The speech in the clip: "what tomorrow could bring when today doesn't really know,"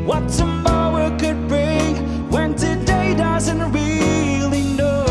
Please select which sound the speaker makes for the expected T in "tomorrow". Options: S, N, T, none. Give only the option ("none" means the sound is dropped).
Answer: S